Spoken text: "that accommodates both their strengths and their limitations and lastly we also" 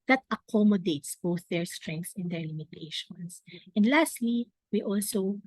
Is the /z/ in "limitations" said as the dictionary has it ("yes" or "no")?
no